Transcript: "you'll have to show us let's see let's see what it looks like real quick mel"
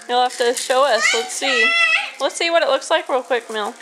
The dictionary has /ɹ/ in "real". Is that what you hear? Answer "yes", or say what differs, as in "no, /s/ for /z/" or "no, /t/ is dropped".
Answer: no, /w/ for /ɹ/